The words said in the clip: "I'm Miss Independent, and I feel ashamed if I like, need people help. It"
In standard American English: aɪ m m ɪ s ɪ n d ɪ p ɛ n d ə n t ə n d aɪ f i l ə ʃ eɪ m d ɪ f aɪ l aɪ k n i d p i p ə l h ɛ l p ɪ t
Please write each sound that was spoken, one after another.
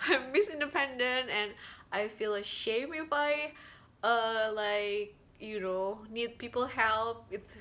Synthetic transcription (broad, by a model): aɪ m m ɪ s ɪ n d ɪ p ɛ n d ə n t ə n aɪ f i l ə ʃ eɪ m ɪ f aɪ l aɪ k n i d p i p l h ɛ l p ɪ t